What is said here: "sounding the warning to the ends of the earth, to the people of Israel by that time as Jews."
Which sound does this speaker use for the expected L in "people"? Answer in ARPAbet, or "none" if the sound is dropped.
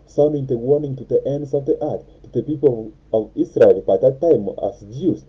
L